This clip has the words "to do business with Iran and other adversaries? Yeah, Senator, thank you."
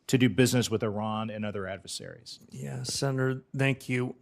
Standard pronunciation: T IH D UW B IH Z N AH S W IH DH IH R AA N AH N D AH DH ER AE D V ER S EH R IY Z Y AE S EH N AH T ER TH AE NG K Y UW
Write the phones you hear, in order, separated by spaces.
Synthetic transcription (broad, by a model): T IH D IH B IH Z N AH S W IH DH IH R AA N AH N AH DH ER AE D V ER S EH R IY Z Y AE S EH N AH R TH AE NG K Y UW